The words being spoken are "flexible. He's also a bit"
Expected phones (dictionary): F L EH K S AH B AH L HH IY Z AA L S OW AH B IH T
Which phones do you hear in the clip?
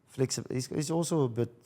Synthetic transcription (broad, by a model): F L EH K S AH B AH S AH S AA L S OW AH B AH T